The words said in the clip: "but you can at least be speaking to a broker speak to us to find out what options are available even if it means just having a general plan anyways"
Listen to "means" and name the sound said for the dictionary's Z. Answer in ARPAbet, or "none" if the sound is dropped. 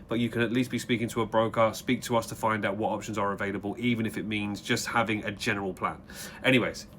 Z